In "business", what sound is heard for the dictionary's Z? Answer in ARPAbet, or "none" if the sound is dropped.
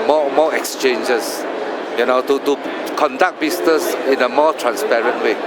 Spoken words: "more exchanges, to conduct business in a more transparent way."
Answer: S